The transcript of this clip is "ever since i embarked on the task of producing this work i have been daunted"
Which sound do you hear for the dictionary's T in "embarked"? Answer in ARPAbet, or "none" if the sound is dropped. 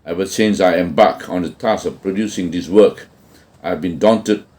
none